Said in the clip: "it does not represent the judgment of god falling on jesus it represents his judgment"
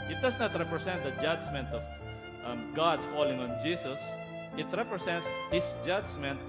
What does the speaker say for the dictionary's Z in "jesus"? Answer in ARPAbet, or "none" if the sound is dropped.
S